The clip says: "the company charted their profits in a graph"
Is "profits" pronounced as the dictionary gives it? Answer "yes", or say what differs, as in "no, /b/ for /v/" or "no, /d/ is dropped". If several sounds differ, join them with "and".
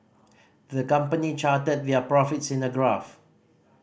yes